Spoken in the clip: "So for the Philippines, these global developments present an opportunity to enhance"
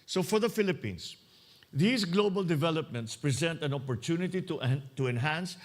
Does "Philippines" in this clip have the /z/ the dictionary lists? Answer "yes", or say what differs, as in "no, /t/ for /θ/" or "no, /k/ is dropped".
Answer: no, /s/ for /z/